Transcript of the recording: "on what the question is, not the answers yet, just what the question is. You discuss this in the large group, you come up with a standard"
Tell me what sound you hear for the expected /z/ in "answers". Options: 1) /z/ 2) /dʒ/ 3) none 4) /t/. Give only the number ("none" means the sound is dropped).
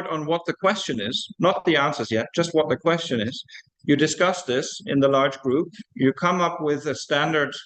1